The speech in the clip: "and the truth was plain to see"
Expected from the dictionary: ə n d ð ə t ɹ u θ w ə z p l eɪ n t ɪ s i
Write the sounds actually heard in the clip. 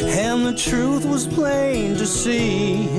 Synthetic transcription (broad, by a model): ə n ð ə t ɹ u θ w ə z p l eɪ n t ɪ s i